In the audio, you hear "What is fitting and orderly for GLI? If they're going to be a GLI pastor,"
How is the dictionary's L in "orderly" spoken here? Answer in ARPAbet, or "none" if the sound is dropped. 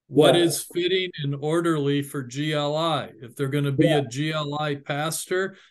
L